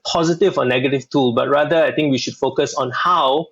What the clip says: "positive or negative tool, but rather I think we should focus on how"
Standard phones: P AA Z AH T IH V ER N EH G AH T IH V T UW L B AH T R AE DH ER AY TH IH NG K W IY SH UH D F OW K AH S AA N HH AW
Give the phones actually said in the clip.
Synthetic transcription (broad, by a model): P AA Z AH T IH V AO N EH G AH T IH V T UW L B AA T R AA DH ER AY T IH NG K W IY SH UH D F OW K AH S AA N HH AW